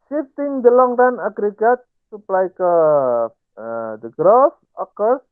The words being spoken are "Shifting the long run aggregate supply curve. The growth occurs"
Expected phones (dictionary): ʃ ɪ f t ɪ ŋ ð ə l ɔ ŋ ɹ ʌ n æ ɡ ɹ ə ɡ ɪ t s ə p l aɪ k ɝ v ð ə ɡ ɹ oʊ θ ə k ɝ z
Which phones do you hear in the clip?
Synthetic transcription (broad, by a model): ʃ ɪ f t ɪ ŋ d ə l ɔ ŋ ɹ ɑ n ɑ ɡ ɹ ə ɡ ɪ t s ə p l aɪ k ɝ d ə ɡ ɹ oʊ f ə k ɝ